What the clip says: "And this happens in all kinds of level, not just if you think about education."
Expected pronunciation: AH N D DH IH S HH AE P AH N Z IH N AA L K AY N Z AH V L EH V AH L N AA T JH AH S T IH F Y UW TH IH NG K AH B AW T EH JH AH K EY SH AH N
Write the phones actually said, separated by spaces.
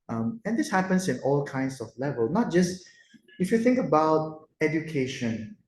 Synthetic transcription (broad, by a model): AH N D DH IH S HH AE P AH N S IH N AA L K AY N S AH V L EH V AH L N AA T JH AH S T IH F Y UW TH IH NG K AH B AW T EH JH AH K EY SH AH N